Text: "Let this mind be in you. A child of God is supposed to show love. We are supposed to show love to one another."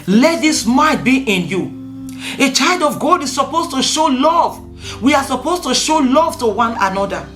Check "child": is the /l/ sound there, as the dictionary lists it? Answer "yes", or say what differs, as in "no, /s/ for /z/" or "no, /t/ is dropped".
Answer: yes